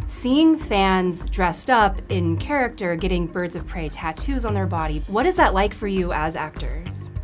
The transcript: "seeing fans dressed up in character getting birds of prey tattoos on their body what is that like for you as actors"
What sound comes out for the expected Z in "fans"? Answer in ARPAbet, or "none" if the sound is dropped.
Z